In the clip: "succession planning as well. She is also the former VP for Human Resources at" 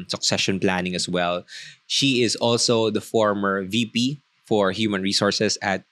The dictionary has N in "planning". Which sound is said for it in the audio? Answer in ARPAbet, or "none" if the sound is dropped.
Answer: N